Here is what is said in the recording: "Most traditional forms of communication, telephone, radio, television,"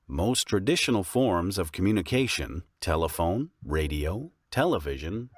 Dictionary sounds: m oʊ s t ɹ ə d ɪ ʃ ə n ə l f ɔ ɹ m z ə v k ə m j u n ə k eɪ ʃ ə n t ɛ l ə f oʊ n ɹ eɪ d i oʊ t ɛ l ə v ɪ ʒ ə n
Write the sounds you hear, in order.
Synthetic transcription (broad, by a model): m oʊ s t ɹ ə d ɪ ʃ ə n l f ɔ ɹ m z ə v k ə m j u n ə k eɪ ʃ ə n t ɛ l ə f oʊ n ɹ eɪ d i oʊ t ɛ l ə v ɪ ʒ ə n